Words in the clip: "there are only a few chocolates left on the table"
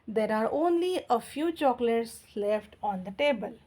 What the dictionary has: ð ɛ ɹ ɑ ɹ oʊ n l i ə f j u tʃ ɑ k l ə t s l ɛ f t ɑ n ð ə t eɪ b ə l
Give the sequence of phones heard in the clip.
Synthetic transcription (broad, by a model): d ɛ ɹ ɑ ɹ oʊ n l i ə f j u tʃ ɑ k l ə t s l ɛ f t ɑ n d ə t eɪ b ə l